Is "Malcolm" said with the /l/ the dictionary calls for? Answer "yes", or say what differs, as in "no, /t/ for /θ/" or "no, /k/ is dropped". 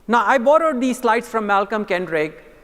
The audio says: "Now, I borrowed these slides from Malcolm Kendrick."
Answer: yes